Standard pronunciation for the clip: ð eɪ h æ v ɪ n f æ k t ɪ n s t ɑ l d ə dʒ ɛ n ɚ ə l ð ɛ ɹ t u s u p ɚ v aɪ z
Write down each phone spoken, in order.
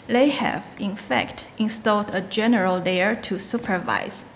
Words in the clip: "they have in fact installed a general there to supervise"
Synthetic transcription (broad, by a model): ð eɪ h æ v ɪ n f æ k t ɪ n s t ɑ l d ə dʒ ɛ n ɚ ə l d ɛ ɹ t u s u p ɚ v aɪ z